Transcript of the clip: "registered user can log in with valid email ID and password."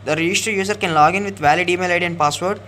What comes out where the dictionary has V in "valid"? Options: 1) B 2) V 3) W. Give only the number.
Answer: 2